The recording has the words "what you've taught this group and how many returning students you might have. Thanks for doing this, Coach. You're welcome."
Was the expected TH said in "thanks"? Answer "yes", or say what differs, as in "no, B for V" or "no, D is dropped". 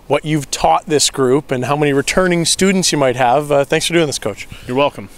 yes